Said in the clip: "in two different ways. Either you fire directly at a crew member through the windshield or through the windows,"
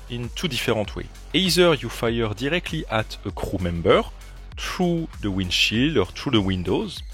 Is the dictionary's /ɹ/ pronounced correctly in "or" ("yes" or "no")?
yes